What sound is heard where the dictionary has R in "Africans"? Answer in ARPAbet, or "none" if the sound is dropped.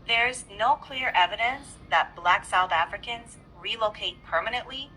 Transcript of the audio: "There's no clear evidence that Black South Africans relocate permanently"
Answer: R